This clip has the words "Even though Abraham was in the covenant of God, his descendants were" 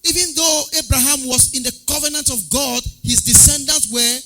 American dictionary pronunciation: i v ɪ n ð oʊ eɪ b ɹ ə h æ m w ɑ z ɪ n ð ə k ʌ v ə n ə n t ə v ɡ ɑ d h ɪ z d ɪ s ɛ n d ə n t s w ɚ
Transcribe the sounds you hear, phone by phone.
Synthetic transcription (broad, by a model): i v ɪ n ð oʊ eɪ b ɹ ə h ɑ m w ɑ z ɪ n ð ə k ʌ v ə n ə n t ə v ɡ ɑ d h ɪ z d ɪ s ɛ n d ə n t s w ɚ